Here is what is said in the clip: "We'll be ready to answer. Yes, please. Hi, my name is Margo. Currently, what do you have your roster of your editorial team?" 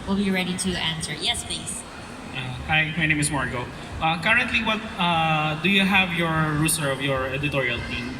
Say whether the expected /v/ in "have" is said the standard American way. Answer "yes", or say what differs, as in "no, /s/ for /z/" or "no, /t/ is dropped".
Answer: yes